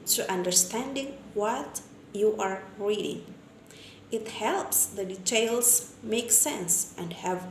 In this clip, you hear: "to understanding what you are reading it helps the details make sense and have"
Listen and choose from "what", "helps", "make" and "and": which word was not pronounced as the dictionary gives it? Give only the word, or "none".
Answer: none